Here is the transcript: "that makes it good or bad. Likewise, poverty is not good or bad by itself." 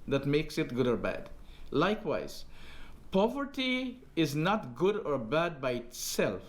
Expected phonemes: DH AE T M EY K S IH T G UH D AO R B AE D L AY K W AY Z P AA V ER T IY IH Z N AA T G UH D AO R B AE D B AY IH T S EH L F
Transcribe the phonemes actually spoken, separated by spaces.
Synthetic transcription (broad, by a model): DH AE T M EY K S IH T G UH D AO R B AE D L AY K W AY Z P AA V ER T IY IH Z N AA T G UH D AO R B AE D B AY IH T S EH L F